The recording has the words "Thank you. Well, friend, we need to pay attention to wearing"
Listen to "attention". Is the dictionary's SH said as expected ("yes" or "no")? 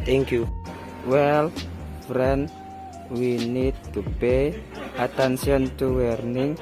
no